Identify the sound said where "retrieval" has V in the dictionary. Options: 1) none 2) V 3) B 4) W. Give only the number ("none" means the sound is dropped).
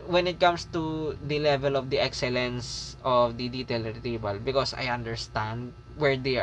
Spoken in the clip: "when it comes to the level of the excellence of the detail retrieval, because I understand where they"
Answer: 3